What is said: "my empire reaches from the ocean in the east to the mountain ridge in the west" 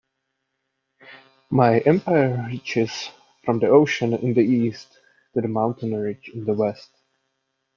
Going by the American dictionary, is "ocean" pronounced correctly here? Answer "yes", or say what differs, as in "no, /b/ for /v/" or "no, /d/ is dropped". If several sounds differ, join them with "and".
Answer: yes